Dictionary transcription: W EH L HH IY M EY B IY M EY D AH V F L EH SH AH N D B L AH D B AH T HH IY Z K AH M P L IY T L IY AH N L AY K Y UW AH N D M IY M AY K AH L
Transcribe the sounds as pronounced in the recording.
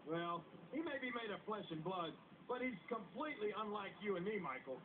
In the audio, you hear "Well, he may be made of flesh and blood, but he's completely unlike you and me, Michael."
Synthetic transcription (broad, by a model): W EH L HH IY M EY B IY M EY D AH F L EH SH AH N B L AH D B AH T HH IY Z K AH M P L IY T L IY AH N L AY K Y UW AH N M IY M AY K L